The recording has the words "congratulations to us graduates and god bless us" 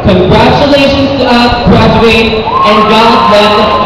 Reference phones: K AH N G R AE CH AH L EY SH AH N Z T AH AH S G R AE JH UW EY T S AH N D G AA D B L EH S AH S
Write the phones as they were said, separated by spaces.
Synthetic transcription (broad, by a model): K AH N G R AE CH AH L EY SH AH N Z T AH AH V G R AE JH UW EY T AH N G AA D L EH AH